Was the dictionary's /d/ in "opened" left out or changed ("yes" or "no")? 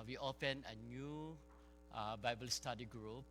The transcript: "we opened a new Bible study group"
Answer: yes